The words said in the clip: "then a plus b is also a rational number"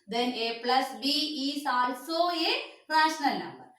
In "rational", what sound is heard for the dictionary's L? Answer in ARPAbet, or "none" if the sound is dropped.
L